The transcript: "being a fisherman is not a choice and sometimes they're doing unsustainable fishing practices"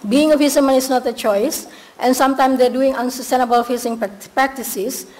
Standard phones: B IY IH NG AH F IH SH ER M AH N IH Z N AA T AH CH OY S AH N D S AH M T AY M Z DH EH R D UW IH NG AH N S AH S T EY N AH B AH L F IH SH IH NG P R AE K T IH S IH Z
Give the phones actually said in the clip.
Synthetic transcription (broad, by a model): B IY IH NG AH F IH S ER M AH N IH S N AA T AH CH OY S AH N S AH M T AY M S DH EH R D UW IH NG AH N S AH S T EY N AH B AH L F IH S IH NG P R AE K T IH S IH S